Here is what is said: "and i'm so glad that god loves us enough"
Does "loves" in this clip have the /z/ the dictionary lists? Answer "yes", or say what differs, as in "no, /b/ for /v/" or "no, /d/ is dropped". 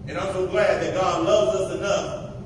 yes